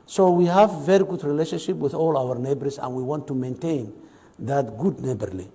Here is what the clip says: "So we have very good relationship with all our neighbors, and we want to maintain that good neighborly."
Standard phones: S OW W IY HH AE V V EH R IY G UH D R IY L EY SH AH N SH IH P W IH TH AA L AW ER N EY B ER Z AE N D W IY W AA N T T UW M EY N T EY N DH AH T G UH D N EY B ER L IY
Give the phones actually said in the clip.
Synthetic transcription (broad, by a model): S OW W IY HH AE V V EH R IY G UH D R IY L EY SH AH N SH IH P W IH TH AA L AW ER N EY B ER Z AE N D W IY W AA N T T UW M EY N T EY N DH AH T G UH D N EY B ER L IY